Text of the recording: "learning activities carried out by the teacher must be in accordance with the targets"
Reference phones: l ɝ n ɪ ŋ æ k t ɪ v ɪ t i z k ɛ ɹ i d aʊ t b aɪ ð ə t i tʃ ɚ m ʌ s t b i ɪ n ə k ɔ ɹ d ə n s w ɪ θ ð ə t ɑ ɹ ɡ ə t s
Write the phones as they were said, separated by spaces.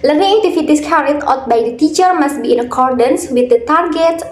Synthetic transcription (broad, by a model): l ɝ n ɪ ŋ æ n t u f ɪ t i s k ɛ ɹ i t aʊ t b aɪ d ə t i tʃ ɚ m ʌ s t b i ɪ n ə k ɔ ɹ d ə n s w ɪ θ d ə t ɑ ɹ ɡ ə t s